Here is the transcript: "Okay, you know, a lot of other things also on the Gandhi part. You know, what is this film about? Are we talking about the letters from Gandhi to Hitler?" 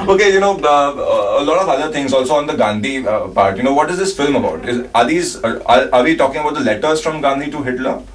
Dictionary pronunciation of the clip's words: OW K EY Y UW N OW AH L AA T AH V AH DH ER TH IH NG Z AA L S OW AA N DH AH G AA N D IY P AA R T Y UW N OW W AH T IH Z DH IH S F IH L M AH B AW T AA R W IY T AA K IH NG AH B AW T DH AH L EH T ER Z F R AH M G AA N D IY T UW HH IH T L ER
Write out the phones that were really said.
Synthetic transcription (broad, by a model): OW K EY Y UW N OW AH L AA T AH V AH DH ER T IH NG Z AA L S OW AA N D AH G AA N D IY P AA R T Y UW N OW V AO T IH Z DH IH S F IH L M AH B AW T AA R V IY T AA K IH NG AH B AW T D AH L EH T ER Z F R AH M G AA N D IY T UW HH IH T L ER